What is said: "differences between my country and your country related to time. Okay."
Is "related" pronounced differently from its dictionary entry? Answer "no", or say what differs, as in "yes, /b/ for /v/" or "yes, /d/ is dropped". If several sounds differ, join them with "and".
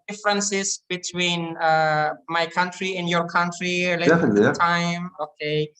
yes, /l/ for /ɹ/ and /l/ is dropped